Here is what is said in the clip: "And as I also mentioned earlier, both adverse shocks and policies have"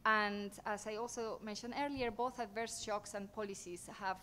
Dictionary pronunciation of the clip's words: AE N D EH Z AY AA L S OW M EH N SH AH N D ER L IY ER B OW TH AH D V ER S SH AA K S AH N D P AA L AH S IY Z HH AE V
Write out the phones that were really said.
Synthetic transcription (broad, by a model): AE N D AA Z AY AA L S OW M EH N SH AH N D ER L IY ER B OW TH AH D V ER S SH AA K S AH N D P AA L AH S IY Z HH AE V